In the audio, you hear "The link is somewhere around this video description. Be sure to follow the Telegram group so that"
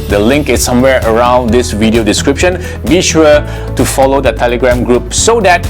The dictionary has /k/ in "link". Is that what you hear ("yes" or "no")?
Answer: yes